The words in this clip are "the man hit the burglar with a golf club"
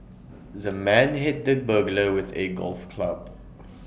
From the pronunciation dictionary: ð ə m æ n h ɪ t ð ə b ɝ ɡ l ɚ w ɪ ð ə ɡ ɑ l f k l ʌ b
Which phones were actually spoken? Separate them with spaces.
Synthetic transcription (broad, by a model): ð ə m æ n h ɪ t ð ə b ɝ ɡ l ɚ w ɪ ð ə ɡ ɑ l f k l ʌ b